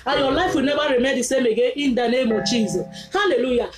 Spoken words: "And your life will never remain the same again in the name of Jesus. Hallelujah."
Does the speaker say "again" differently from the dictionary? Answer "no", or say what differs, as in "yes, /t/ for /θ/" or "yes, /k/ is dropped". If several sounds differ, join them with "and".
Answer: yes, /n/ is dropped